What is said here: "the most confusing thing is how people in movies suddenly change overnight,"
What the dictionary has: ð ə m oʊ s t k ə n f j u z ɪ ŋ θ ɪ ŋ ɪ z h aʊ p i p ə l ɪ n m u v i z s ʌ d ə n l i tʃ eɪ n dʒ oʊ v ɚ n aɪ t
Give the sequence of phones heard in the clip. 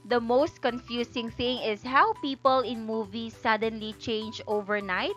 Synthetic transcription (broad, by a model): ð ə m oʊ s t k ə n f j u s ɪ ŋ θ ɪ ŋ ɪ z h aʊ p i p ə l ɪ n m u v i s ʌ d ə n l i tʃ eɪ n dʒ oʊ v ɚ n aɪ t